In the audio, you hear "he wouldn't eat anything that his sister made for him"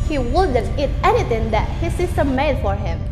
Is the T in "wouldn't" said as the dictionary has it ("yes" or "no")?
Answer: no